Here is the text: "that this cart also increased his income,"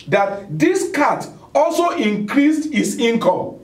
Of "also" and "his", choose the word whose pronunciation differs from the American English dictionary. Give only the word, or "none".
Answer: his